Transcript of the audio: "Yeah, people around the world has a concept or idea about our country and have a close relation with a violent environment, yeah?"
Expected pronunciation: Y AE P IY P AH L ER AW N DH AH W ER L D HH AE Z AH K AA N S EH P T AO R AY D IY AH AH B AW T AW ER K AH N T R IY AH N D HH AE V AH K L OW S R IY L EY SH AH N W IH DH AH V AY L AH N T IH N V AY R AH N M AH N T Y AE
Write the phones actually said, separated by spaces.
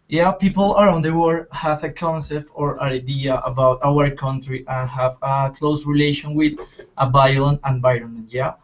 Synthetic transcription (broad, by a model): Y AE P IY P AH L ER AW N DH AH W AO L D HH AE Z AH K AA N S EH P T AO R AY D IY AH AH B AW T AW ER K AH N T R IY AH N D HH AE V AH K L OW S R IY L EY SH AH N W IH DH AH B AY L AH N IH N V AY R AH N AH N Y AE